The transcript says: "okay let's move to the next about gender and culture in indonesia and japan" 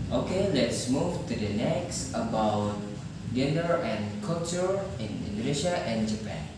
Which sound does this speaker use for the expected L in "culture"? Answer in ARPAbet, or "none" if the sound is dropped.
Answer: none